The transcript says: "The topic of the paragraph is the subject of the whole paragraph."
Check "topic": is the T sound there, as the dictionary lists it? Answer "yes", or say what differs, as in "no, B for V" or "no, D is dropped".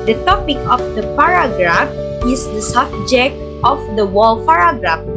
yes